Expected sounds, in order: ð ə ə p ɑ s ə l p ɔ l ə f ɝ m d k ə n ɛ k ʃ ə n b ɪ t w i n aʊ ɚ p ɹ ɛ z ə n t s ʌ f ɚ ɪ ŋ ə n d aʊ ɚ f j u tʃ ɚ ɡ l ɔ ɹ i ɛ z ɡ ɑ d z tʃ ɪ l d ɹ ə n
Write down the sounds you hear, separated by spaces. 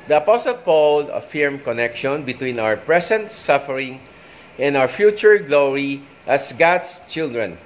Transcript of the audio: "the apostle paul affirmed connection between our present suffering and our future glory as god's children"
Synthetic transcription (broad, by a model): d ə ə p ɑ s ə l p ɔ l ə f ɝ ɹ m k ə n ɛ k ʃ ə n b ɪ t w i n aʊ ɚ p ɹ ɛ s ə n t s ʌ f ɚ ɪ ŋ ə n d aʊ ɚ f j u tʃ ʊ ɡ l ɔ ɹ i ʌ s ɡ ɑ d s tʃ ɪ l d ɹ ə n